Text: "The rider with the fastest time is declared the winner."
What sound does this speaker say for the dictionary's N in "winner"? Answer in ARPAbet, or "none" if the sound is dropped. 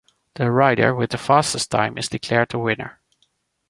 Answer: N